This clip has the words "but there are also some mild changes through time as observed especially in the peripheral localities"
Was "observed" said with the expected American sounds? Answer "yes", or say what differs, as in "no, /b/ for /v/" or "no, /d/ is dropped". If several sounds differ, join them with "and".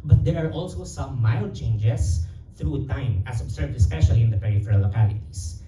no, /s/ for /z/